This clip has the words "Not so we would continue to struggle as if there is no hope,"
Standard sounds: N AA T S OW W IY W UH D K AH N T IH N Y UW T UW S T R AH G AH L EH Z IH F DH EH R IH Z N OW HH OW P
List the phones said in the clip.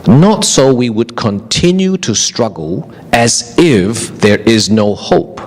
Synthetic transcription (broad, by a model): N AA T S OW W IY W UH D K AH N T IH N Y UW T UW S T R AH G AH L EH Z IH F DH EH R IH Z N OW HH OW P